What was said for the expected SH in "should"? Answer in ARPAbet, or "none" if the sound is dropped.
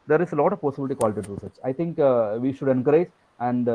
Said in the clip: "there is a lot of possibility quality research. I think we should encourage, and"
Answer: SH